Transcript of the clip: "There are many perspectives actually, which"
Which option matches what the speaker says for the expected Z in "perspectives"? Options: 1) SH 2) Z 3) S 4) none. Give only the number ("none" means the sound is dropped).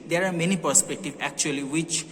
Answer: 4